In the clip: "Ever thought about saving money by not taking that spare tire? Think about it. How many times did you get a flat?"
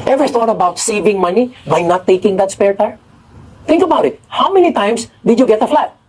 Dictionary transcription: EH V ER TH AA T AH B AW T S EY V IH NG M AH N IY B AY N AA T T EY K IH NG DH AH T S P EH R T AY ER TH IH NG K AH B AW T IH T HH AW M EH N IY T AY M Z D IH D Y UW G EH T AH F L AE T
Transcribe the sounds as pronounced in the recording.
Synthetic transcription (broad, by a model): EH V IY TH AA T AH B AW T S EY V IH NG M AH N IY B AY N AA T T EY K IH NG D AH T S P EH R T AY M T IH NG K AH B AW T IH T HH AW M EH N IY T AY M S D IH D Y UW G EH T AH F L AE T